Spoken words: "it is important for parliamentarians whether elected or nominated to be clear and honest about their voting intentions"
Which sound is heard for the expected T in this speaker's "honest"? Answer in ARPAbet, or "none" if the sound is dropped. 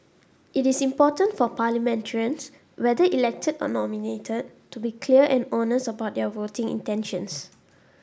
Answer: none